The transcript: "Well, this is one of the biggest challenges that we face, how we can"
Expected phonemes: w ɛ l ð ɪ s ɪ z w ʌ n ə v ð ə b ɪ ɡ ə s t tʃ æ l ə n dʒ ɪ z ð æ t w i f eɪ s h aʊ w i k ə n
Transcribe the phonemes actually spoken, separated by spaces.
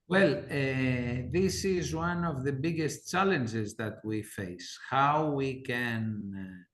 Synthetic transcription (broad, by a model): w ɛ l ð ɪ s ɪ z w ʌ n ə v ð ə b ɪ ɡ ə s t tʃ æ l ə n dʒ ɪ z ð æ t w i f eɪ s h aʊ w i k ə n